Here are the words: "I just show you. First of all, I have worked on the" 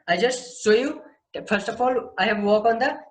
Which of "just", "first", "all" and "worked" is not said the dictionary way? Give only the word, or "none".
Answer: worked